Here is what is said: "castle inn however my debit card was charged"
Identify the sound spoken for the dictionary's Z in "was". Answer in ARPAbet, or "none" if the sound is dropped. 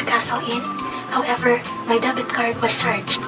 S